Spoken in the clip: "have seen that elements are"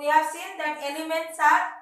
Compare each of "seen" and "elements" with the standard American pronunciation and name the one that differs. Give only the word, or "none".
none